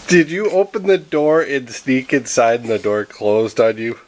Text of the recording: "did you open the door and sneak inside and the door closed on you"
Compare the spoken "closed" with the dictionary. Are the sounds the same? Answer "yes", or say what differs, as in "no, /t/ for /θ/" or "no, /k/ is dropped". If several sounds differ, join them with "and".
yes